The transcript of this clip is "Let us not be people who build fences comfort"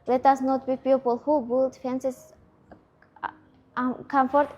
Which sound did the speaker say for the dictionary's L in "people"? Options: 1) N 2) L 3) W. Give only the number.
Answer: 2